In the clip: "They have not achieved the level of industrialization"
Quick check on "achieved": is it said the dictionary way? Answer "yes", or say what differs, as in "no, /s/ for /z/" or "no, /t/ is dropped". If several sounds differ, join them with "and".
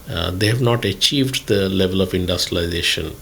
yes